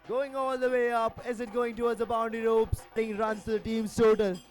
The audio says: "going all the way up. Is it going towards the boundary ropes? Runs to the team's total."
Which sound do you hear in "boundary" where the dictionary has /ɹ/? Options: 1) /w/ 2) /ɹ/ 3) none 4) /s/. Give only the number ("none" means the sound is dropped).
3